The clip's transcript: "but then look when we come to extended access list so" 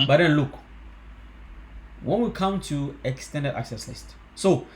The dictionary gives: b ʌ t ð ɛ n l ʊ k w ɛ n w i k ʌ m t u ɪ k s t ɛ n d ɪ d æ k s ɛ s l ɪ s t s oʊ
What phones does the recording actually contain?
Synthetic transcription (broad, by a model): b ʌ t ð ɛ n l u k w ɛ n w i k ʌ m t u ɪ k s t ɛ n d ɪ d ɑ k s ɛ s l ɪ s t s oʊ